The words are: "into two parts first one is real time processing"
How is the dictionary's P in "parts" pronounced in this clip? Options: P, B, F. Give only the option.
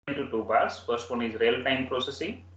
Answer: B